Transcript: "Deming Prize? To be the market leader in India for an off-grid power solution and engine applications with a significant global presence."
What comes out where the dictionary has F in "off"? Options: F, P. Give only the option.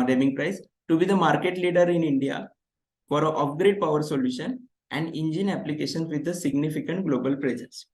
P